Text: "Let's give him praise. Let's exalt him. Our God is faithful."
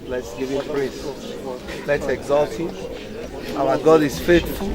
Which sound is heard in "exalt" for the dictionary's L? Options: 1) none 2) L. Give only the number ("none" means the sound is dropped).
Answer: 2